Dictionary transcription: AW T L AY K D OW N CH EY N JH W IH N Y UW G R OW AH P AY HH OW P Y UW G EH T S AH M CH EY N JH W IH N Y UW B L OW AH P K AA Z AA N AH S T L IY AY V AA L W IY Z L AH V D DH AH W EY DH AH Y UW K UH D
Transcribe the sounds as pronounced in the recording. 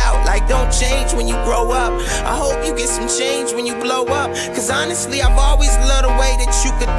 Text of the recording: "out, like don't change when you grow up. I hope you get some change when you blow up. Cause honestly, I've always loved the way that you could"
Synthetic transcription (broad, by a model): AW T L AY K D OW N CH EY N JH W IH N Y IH G R OW AH P AY HH OW P Y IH G EH T S AH M CH EY N JH W IH N Y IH B L OW AH P K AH Z AA N AH S T L IY AY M AA L W IY Z L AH D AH W EY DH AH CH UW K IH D